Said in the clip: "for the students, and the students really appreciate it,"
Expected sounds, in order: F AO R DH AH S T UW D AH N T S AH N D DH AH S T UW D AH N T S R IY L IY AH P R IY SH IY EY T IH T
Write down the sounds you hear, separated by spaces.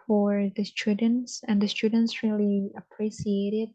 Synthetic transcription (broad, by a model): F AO R DH AH S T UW D N T S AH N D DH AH S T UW D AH N T S R IY L IY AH P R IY S IY EY T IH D